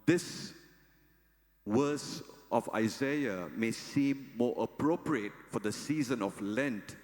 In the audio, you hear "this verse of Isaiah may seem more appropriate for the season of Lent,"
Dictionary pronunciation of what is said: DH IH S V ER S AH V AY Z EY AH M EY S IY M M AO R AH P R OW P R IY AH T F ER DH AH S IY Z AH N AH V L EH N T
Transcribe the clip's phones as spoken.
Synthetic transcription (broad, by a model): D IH S W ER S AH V AY Z EY AH M EY S IY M M AO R AH P R OW P R IY AH T F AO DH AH S IY Z AH N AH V L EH N T